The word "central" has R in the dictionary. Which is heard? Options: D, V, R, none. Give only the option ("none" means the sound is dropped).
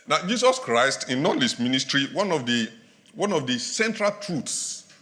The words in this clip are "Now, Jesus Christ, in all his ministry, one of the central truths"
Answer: R